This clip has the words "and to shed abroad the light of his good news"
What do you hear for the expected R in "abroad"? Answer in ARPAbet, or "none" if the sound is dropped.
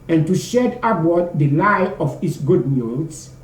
W